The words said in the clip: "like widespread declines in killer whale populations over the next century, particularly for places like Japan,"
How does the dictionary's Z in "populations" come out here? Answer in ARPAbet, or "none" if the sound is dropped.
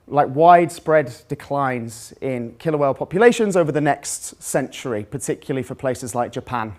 Z